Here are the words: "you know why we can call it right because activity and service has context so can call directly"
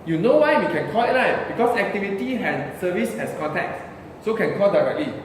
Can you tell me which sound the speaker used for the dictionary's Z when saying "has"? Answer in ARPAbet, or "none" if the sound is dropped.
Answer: S